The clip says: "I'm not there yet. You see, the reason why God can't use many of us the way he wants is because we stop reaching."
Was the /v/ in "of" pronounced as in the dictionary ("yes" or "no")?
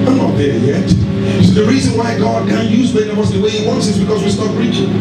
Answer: no